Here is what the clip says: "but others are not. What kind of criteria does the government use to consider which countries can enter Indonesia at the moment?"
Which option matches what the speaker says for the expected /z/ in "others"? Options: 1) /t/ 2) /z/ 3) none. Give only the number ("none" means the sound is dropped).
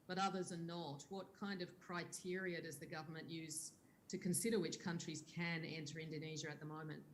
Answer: 2